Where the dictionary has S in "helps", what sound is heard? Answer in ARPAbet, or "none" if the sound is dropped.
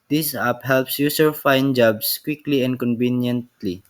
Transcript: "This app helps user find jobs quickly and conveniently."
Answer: S